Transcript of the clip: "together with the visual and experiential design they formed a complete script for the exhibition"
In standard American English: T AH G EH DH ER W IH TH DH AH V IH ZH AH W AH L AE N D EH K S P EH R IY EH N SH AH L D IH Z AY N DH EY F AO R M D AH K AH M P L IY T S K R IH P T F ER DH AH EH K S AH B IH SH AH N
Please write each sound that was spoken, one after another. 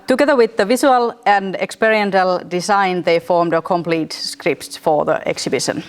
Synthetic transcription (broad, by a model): T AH G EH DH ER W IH DH AH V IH S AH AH L AE N D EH K S P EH R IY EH N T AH L D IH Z AY N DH EY F AO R M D AH K AH M P L IY T S K R IH P T F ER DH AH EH K S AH B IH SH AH N